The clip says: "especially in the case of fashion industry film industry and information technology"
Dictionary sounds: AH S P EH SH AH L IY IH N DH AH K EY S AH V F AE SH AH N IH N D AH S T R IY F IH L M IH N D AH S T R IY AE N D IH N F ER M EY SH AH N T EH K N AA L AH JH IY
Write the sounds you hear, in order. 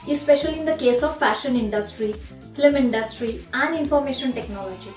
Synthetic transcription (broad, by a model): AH S P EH SH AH L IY IH N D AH K EY S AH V F AE SH AH N IH N D AH S T R IY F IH M IH N D AH S T R IY AE N D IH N F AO M EY SH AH N T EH K N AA L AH JH IY